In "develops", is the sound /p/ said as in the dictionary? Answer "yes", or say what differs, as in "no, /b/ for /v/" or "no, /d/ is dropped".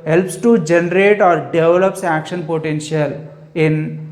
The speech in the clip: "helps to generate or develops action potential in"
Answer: yes